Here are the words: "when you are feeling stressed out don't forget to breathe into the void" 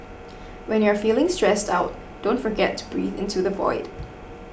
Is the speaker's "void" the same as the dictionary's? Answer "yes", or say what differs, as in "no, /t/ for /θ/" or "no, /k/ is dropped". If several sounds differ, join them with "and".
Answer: yes